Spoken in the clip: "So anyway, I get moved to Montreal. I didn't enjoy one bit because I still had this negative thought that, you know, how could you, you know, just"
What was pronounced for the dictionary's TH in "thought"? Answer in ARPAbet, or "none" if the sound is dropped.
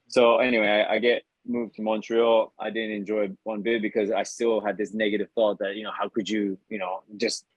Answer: TH